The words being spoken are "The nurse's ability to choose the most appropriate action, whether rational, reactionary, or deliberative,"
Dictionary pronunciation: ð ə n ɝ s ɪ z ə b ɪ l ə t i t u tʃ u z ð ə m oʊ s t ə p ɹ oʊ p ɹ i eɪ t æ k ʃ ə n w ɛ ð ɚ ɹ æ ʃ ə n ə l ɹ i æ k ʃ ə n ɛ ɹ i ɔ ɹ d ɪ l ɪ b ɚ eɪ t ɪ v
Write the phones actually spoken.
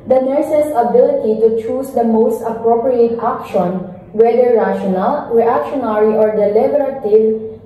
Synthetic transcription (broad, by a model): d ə n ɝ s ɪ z ə b ɪ l ə t i t u tʃ u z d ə m oʊ s t ə p ɹ oʊ p ɹ i eɪ t æ k ʃ ə n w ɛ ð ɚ ɹ æ ʃ ə n ə l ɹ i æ k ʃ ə n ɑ ɹ i ɔ ɹ d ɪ l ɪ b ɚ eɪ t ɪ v